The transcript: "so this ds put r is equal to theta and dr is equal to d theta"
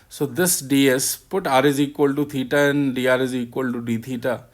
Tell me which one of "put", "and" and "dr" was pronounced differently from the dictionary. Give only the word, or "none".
dr